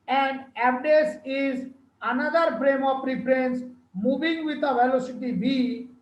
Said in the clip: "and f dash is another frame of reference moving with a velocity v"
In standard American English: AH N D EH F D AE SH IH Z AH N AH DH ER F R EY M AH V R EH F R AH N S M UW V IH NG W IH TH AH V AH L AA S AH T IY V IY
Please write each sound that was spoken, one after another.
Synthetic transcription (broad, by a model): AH N D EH P D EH S IH Z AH N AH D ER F R EY M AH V R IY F R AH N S M UW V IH NG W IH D AH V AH L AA S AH T IY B IY